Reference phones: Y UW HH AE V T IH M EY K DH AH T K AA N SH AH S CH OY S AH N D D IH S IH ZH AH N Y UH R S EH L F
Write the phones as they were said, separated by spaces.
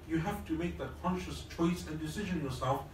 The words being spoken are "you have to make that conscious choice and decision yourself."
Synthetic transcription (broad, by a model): Y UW HH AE F T IH M EY K DH AH T K AA N SH AH S CH OY S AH N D D IH S IH ZH AH N Y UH R S EH L F